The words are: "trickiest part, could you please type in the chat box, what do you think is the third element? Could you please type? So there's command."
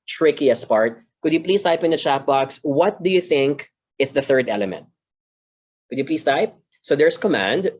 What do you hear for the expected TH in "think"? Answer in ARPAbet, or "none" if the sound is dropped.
TH